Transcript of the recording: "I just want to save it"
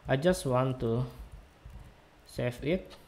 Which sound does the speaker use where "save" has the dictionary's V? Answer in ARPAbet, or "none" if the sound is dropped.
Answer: F